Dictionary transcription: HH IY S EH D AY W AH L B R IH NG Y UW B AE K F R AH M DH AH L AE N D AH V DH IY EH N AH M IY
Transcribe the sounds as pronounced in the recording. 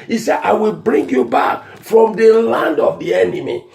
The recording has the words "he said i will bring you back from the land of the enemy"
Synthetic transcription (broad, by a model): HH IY S EH D AY W AH L B R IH NG Y UW B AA K F R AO M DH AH L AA N D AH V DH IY EH N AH M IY